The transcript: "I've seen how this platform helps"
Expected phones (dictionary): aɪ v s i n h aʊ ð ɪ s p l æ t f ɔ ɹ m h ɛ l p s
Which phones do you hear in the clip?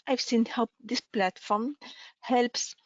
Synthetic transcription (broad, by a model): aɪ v s i n h aʊ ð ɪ s p l æ t f ɔ ɹ m h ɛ l p s